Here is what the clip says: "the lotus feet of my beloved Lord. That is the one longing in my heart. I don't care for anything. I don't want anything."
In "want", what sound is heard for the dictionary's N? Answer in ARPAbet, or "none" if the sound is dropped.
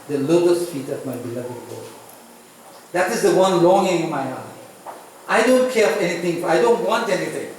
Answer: N